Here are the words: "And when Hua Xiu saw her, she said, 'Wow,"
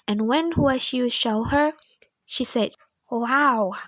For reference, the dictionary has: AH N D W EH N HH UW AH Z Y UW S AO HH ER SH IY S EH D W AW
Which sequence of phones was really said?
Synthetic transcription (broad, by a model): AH N W EH N HH UW AH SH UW SH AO HH ER SH IY S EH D W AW